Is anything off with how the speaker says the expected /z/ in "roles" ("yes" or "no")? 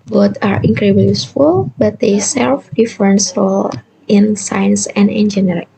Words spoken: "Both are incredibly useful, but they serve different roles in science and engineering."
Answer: yes